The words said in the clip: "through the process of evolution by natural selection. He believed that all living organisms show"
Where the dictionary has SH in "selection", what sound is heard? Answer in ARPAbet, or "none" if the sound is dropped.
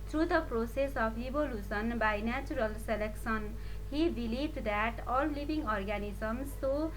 S